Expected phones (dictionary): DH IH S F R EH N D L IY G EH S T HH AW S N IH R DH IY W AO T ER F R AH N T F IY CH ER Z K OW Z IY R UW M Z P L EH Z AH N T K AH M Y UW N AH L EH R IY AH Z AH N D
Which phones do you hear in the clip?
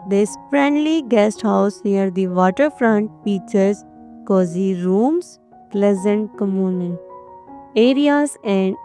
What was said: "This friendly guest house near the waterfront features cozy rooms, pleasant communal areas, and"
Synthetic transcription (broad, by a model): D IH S F R EH N D L IY G EH S T HH AW S N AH R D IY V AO T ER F R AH N T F IY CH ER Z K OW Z IY R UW M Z P L EH Z AH N T K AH M Y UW N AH N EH R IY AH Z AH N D